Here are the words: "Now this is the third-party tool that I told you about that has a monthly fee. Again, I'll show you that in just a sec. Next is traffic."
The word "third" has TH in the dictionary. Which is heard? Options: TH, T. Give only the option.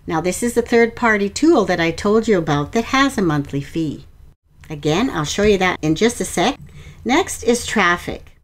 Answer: TH